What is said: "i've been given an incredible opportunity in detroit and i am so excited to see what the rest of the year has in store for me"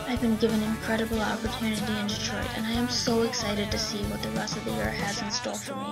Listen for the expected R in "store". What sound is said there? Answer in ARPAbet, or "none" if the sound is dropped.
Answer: L